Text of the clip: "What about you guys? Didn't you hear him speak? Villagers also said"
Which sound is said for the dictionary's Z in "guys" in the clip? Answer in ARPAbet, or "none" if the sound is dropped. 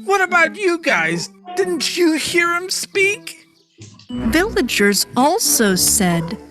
Z